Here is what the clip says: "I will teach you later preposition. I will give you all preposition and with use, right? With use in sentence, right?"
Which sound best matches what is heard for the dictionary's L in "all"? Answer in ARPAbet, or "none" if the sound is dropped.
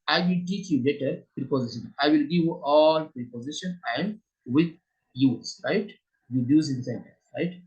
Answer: L